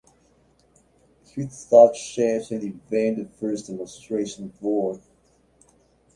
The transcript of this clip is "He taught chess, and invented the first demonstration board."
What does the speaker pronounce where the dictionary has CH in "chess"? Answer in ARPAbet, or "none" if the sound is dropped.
SH